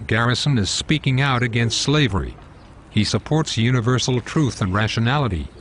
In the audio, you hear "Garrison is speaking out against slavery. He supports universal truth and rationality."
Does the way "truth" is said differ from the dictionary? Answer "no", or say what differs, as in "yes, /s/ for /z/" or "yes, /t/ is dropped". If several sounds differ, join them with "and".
no